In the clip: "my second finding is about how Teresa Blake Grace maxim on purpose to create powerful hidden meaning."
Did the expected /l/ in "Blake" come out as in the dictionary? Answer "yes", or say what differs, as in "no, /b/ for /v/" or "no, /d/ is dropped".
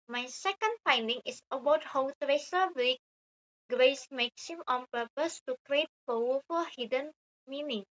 no, /l/ is dropped